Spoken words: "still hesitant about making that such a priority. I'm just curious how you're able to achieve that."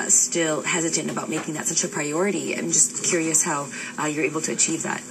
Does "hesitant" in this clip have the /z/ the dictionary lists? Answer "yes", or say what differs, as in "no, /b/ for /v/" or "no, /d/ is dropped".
yes